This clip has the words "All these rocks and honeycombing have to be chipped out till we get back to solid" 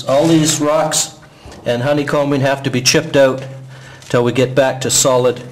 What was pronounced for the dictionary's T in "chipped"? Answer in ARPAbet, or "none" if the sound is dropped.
T